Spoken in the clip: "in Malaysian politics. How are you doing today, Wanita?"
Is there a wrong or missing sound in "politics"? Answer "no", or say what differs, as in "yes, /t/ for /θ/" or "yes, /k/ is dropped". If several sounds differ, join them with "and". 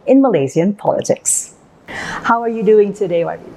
no